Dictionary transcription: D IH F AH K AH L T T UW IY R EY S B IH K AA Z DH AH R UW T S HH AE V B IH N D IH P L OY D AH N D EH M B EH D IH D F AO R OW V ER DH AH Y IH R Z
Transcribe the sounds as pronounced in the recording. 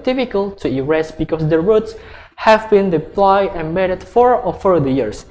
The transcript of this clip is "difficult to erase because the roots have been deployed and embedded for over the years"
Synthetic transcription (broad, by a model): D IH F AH K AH L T T UW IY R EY S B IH K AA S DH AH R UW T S HH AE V B IH N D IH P L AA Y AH N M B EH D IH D F AO R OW F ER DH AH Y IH R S